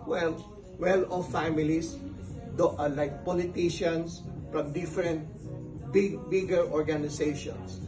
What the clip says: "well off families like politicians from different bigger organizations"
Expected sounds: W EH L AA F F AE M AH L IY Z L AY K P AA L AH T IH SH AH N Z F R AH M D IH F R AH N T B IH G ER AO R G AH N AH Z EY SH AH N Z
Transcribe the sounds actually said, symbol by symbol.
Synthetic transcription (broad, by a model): W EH L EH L F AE M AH L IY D L AY K P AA L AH T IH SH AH N S F R AH M D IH F R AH N T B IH G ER AO R G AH N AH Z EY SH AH N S